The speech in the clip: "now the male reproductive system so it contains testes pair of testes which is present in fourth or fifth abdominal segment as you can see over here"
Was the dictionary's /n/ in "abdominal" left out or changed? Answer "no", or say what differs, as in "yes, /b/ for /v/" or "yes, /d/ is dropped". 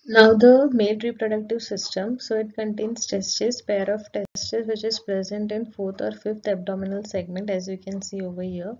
no